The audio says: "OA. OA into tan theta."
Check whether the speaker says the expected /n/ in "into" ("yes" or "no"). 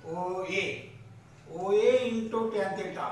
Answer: no